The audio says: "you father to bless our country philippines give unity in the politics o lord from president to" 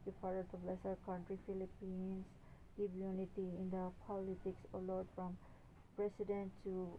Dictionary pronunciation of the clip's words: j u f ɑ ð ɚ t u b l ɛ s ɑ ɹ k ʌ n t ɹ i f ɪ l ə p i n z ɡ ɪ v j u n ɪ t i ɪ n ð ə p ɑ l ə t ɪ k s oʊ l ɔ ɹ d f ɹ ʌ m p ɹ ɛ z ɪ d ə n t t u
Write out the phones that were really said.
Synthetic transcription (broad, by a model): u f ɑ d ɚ t u b l ɛ s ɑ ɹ k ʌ n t ɹ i f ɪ l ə p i n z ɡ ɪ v j u n ɪ t i ɪ n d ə p ɑ l ə t ɪ k s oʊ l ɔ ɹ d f ɹ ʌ m p ɹ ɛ s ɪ d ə n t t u